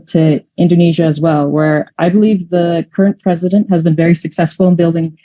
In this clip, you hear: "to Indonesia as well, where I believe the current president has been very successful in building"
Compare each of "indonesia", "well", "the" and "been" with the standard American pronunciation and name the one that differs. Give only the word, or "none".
none